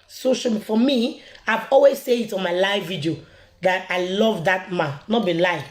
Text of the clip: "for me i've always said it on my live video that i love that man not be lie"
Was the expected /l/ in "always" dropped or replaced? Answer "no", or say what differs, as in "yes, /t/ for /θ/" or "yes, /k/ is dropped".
no